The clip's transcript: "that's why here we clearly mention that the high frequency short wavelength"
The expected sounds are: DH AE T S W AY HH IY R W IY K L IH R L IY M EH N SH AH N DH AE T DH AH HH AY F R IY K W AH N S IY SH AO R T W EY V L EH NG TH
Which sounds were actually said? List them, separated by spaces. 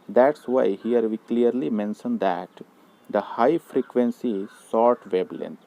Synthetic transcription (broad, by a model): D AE T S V AY HH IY R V IY K L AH R L IY M EH N SH AH N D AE T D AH HH AY F R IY K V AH N S IY S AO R T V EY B L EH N